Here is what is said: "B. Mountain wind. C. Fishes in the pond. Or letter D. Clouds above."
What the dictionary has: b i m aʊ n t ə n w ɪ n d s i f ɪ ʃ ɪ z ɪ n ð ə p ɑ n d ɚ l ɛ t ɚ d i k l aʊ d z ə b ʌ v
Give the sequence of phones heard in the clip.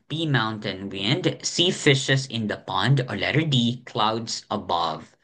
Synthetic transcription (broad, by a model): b i m aʊ n t ə n w ɪ n d s i f ɪ ʃ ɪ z ɪ n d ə p ɑ n d ɚ l ɛ t ɚ d i k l aʊ d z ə b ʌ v